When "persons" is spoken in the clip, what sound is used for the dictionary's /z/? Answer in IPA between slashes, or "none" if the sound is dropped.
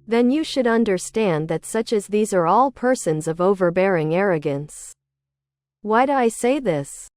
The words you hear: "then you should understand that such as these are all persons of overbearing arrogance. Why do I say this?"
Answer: /z/